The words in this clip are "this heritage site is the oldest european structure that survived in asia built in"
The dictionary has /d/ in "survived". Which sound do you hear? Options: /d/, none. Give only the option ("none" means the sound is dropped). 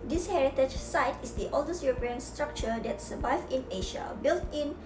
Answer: none